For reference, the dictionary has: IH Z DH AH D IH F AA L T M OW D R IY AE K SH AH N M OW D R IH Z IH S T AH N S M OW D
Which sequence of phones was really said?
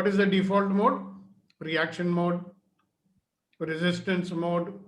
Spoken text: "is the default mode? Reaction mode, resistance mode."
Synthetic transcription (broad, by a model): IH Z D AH D IH F AA L T M OW D R IY AE K SH AH N M OW D R IH Z IH S T AH N S M OW D